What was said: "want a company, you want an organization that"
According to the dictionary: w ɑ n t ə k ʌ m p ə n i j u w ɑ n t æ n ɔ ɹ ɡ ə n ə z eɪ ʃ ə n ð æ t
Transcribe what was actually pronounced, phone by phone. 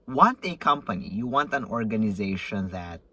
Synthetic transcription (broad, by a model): w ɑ n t ə k ʌ m p ə n i j u w ɑ n t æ n ɔ ɹ ɡ ə n ə z eɪ ʃ ə n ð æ t